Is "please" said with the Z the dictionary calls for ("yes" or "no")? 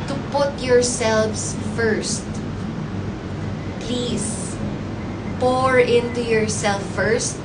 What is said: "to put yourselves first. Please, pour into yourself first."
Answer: no